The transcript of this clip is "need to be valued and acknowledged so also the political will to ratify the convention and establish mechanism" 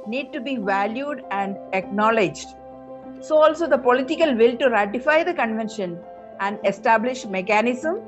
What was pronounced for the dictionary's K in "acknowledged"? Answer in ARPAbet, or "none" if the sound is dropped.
K